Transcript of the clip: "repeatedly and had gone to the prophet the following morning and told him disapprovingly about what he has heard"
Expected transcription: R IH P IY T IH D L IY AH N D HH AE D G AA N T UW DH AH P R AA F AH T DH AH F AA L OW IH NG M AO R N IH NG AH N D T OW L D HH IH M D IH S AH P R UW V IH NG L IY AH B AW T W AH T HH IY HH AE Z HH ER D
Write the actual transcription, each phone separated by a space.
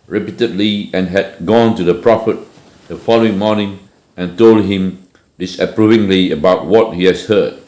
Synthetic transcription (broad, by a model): R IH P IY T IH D L IY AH N HH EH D G AA N T UW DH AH P R AA F AH T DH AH F AA L OW IH NG M AO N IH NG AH N T OW L D HH IH M D IH S AH P R UW V IH NG L IY AH B AW T W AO T HH IY HH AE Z HH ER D